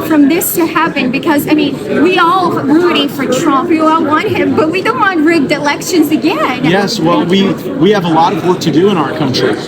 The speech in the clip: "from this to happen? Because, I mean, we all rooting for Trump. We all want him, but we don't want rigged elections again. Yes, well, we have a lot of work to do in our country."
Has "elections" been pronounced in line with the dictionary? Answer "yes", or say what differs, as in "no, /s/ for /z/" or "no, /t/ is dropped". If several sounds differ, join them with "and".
yes